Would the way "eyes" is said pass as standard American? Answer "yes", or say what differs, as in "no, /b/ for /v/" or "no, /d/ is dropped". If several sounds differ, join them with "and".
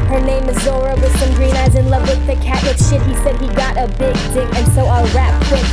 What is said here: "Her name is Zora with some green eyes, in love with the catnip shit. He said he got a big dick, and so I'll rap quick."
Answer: yes